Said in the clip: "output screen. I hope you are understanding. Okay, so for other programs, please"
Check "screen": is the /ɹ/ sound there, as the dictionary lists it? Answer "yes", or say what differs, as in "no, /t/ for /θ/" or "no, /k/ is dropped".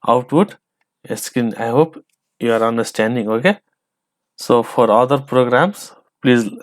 no, /ɹ/ is dropped